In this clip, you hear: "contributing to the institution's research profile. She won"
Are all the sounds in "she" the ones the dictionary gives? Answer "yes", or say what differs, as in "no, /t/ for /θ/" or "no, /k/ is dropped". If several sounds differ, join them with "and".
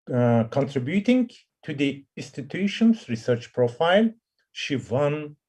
yes